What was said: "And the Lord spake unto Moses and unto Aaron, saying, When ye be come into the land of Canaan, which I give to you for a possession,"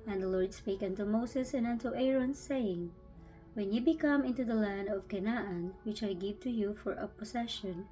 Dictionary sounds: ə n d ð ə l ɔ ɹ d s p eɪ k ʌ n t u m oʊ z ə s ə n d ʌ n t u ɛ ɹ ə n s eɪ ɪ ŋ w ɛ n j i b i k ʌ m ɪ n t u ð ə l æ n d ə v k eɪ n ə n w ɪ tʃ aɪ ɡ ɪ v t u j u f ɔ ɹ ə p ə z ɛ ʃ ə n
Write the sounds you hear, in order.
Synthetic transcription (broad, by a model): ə n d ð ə l ɔ ɹ d s p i k ʌ n t u m oʊ s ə s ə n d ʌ n t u ɛ ɹ ə n s eɪ ɪ ŋ w ɛ n j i b i k ʌ m ɪ n t u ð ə l æ n d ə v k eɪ n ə n w ɪ tʃ aɪ ɡ ɪ v t u j u f ɔ ɹ ə p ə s ɛ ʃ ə n